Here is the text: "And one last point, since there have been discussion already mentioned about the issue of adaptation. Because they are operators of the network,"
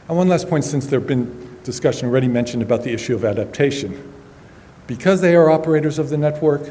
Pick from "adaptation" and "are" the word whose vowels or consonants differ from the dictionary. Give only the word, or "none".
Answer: none